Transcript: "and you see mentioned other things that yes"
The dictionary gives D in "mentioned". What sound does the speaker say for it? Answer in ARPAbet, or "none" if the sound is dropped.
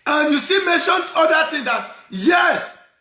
none